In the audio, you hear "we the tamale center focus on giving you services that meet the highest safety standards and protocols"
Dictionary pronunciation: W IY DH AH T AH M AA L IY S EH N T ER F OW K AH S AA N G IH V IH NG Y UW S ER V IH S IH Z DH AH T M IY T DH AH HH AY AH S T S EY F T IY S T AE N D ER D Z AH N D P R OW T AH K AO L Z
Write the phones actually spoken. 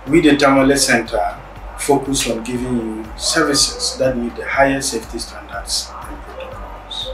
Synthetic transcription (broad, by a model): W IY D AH T AH M AA L IY S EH N T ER F OW K AH S AA N G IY V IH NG Y UW S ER V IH S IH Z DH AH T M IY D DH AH HH AY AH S S EY F T IY S T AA N D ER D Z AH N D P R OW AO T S